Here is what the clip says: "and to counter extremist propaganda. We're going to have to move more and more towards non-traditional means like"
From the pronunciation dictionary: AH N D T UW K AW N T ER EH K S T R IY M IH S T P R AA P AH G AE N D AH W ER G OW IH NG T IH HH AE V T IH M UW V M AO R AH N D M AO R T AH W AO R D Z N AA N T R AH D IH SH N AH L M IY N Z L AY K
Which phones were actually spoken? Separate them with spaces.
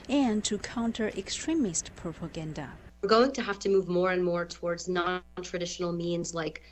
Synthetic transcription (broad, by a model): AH N T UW K AW N T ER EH K S T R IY M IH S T P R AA P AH G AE N D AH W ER G OW IH NG T IH HH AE F T IH M UW V M AO R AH N M AO R T AH W AO R D Z N AA N T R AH D IH SH N L M IY N Z L AY K